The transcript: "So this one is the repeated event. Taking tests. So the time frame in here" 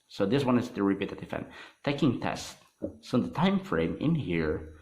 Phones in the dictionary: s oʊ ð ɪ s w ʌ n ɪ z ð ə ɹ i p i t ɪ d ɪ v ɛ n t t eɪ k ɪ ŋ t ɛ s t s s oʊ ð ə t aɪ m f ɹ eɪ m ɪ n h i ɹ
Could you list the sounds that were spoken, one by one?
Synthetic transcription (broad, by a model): s oʊ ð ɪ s w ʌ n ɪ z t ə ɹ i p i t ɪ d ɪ f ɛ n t t eɪ k ɪ ŋ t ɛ s t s s oʊ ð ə t aɪ m f ɹ eɪ m ɪ n h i ɹ